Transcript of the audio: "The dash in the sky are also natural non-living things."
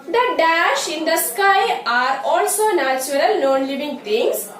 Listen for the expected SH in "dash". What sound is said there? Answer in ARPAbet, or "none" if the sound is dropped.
SH